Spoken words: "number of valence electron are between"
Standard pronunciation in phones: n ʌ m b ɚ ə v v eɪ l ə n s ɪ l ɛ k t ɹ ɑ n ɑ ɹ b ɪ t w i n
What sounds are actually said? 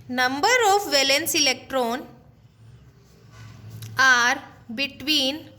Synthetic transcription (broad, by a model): n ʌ m b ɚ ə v v eɪ l ə n s ɪ l ɛ k t ɹ ɑ n ɑ ɹ b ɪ t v i n